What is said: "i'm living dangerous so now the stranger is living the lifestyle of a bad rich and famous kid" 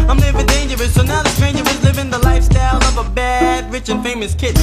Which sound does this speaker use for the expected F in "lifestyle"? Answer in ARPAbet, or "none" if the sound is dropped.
F